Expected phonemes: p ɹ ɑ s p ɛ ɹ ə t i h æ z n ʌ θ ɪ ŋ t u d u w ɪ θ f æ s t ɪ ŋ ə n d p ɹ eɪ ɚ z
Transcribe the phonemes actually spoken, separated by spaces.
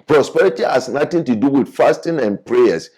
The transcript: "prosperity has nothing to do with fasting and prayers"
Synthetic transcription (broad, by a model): p ɹ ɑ s p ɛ ɹ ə t i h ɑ s n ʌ t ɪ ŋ t u d u w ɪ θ f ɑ s t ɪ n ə n p ɹ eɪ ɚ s